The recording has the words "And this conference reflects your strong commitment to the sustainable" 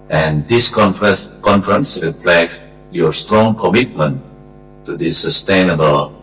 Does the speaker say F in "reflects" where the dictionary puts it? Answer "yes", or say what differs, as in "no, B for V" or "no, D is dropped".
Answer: no, P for F